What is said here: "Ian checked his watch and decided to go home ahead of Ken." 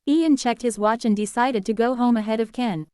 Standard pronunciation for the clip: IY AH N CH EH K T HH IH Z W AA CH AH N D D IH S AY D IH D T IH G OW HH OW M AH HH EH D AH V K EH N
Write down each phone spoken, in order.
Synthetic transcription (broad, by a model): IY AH N CH EH K T HH IH Z W AA CH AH N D D IH S AY D IH D T IH G OW HH OW M AH HH EH D AH V K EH N